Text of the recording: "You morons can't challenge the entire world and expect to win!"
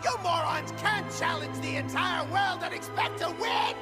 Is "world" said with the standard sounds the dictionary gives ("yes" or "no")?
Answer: yes